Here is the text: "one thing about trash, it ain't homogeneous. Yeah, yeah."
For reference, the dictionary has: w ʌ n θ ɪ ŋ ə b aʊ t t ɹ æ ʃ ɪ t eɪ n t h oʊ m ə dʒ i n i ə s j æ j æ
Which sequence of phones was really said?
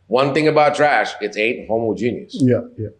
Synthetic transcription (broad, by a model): w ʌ n θ ɪ ŋ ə b aʊ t t ɹ æ ʃ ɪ t eɪ t h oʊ m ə dʒ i n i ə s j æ j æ